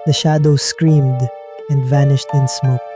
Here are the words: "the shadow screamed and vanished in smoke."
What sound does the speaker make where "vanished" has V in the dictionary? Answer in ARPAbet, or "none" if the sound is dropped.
V